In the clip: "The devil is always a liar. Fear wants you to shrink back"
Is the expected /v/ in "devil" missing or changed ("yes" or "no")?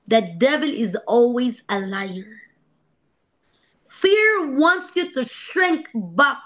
no